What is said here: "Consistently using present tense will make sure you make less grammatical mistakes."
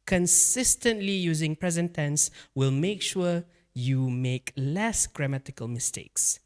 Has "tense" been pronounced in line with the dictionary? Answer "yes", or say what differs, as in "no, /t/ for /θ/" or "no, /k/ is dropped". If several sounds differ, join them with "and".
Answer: yes